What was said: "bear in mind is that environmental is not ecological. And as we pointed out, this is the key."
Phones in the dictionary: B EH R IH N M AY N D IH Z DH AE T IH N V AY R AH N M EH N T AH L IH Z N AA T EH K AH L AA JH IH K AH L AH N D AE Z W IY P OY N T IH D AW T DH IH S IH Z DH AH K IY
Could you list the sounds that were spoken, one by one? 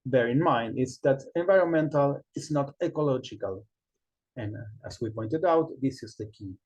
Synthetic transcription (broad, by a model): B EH R IH N M AY N D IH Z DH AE T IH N V AY R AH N M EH N T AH L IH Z N AA T EH K AH L AA JH IH K AH L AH N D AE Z W IY P OY N T IH D AW T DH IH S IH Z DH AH K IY